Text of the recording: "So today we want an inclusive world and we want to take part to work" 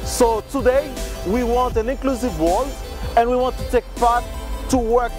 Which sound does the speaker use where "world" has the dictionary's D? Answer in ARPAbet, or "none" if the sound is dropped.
none